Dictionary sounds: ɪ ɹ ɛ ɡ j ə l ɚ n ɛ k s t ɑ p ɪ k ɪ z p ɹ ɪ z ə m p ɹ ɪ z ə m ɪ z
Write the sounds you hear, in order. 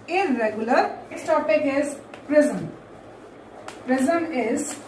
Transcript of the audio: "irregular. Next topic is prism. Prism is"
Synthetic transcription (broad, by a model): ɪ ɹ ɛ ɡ j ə l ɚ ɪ s t ɑ p ɪ k ɪ z p ɹ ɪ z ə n p ɹ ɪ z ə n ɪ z